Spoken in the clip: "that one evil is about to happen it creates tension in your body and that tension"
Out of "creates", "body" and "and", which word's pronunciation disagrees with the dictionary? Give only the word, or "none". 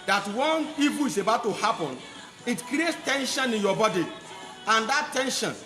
none